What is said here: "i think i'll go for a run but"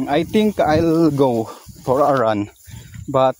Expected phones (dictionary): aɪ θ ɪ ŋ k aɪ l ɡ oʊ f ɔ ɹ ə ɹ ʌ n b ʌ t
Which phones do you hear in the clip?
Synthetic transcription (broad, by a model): aɪ t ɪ ŋ k aɪ l ɡ oʊ f ɔ ɹ ə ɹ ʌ n b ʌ t